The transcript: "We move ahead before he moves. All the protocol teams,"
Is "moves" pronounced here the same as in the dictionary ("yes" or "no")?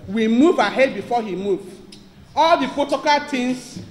no